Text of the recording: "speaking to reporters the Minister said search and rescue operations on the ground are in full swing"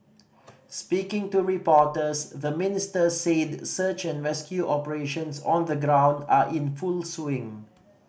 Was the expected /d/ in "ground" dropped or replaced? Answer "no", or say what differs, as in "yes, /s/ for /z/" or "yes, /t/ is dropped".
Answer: no